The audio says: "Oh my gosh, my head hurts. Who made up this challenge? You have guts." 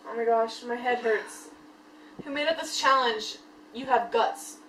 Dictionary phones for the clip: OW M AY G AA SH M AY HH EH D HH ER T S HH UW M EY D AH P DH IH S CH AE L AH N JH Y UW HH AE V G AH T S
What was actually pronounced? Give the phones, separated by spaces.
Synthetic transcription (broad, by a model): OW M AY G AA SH M AY HH EH D HH ER T S HH UW M EY D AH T DH IH S CH AE L AH N JH Y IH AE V G AH T S